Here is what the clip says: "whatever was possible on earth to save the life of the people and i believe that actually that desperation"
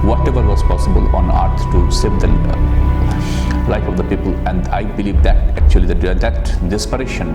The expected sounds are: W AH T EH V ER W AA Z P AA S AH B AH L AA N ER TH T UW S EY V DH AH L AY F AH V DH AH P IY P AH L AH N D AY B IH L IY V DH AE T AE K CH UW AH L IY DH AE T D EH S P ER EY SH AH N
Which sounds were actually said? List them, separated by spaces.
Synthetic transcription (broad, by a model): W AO T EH V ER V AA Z P AA S AH B AH L AA N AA S T UW S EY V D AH L AY F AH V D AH P IY P AH L AH N D AY B IH L IY V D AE T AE K CH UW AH L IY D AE T D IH S P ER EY SH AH N